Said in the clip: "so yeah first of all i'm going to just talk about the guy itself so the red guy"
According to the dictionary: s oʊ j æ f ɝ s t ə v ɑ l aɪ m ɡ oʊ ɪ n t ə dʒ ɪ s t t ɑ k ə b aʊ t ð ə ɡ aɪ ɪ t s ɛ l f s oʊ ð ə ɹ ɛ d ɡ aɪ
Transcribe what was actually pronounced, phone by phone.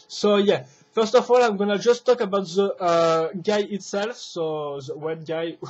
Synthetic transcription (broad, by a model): s oʊ j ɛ f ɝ s t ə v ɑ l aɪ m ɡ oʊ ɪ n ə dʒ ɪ s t t ɑ k ə b aʊ t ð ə ɡ aɪ ɪ t s ɛ l f s oʊ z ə w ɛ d ɡ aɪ